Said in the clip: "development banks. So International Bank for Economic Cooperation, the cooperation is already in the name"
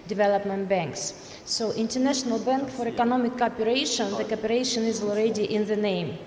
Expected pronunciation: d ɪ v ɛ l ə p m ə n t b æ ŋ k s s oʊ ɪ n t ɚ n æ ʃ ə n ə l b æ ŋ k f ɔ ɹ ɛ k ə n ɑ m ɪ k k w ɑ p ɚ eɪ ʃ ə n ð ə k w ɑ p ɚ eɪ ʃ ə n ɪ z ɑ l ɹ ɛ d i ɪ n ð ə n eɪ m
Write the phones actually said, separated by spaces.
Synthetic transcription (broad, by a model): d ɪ v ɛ l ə p m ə n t b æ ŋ k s s oʊ ɪ n t ɚ n æ ʃ ə n ə l b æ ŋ k f ɔ ɹ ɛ k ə n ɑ m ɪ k k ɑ p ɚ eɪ ʃ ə n ð ə k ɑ p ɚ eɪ ʃ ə n ɪ z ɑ l ɹ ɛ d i ɪ n ð ə n eɪ m